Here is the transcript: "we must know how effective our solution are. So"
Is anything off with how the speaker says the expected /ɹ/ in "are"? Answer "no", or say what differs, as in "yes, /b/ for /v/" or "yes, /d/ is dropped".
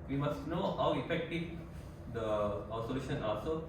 yes, /l/ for /ɹ/